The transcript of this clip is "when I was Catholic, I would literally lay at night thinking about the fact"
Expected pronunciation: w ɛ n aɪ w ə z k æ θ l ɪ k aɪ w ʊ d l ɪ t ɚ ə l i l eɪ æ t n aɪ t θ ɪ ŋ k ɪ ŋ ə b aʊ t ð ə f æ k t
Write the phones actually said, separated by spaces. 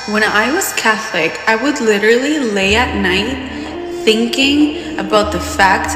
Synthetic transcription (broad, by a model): w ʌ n aɪ w ə z k æ θ l ɪ k aɪ w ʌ d l ɪ t ɚ l i l eɪ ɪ t n aɪ t θ ɪ ŋ k ɪ ŋ ə b aʊ t ð ə f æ k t